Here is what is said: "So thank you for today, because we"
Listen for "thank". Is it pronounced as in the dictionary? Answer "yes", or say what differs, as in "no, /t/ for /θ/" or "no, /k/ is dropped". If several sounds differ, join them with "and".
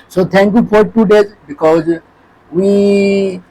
no, /t/ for /θ/